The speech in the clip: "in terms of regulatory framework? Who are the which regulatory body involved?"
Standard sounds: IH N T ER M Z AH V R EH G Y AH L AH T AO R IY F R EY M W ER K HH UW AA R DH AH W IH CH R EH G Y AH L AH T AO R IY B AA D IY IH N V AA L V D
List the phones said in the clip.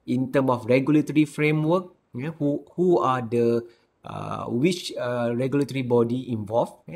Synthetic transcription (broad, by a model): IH N T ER M AH F R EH G Y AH L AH T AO R IY F R EY M W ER K HH UW AA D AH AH W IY CH R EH G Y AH L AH T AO R IY B AA D IY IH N V AA L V